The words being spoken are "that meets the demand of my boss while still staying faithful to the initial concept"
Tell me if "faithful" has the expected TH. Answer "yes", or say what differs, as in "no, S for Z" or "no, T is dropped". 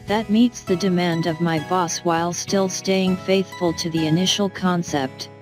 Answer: yes